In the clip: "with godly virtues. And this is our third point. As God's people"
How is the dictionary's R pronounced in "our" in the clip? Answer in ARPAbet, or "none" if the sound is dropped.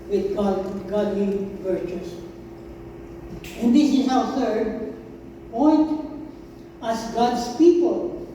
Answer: W